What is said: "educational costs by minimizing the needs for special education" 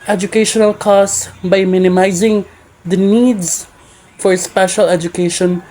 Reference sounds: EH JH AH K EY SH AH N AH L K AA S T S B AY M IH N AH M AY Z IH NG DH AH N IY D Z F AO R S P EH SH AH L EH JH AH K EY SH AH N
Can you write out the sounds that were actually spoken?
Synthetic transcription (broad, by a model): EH JH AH K EY SH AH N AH L K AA S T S B AY M IH N AH M AY Z IH NG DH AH N IY D Z F AO R S P EH SH AH L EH JH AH K EY SH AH N